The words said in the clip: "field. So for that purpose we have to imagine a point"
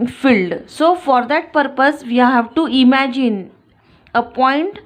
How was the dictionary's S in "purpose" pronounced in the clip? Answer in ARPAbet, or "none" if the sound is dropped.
S